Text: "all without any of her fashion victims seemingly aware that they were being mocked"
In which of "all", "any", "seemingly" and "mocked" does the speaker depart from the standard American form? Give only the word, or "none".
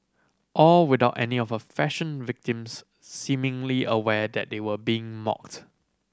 none